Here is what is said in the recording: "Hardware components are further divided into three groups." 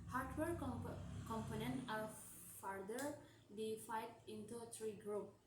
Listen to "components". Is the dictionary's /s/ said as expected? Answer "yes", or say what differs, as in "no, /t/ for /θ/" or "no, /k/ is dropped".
no, /s/ is dropped